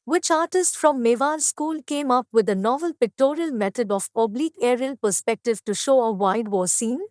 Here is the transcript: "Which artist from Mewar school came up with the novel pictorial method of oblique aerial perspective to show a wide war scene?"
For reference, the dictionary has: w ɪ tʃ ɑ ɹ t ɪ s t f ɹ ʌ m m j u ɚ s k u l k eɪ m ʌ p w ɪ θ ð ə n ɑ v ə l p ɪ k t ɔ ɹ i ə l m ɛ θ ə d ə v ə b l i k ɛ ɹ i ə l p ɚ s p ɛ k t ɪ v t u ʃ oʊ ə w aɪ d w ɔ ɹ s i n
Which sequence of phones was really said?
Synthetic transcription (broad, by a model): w ɪ tʃ ɑ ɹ t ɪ s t f ɹ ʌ m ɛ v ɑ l s k u l k eɪ m ʌ p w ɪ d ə n ɑ v ə l p ɪ k t ɔ ɹ i ə l m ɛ t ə d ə p ə b l i k ɛ ɹ i ə l p ɚ s p ɛ k t ɪ v t u ʃ oʊ ə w aɪ d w ɔ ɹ s i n